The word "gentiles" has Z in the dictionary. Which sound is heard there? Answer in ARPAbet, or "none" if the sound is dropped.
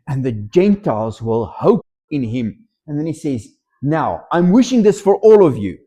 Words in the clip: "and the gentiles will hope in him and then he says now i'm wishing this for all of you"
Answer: Z